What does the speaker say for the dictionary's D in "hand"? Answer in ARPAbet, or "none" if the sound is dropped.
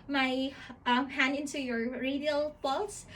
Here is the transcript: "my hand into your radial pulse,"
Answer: none